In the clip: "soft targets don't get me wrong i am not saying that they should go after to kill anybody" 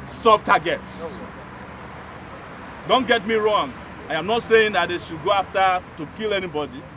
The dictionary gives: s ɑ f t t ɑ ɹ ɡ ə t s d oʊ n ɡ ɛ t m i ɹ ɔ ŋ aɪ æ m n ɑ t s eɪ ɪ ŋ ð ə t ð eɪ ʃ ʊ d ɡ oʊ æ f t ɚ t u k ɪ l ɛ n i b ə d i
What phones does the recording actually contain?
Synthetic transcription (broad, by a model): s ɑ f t t ɑ ɡ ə t s d oʊ n ɡ ɛ t m i ɹ ɔ ŋ aɪ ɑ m n ɑ t s eɪ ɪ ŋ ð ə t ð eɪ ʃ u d ɡ oʊ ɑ f t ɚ t u k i l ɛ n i b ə d i